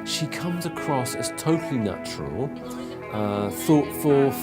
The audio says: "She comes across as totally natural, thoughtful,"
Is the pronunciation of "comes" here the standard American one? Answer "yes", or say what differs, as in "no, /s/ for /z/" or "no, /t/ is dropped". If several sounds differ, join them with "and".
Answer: yes